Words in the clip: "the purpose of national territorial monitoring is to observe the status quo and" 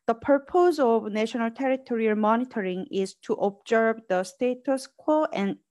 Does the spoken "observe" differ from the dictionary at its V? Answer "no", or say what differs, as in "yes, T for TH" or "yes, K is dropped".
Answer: yes, B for V